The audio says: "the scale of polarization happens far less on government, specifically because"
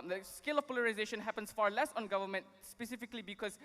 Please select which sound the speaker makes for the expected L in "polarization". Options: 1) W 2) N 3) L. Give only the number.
3